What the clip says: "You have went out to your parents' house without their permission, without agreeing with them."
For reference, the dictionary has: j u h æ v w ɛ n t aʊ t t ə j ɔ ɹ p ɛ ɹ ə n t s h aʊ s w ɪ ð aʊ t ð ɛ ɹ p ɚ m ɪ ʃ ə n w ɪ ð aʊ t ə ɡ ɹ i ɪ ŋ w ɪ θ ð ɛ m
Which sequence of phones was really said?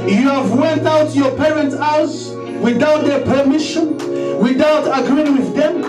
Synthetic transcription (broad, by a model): j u h æ v w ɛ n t aʊ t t j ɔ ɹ p ɛ ɹ ə n t s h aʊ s w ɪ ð aʊ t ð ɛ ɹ p ɚ m ɪ ʃ ə n w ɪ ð aʊ t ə ɡ ɹ i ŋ w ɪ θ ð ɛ m